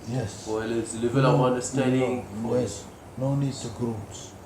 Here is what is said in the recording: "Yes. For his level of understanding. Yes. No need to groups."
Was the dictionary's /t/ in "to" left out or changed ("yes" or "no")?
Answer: yes